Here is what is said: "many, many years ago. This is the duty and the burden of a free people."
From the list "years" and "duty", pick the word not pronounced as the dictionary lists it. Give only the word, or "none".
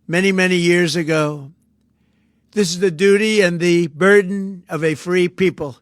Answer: none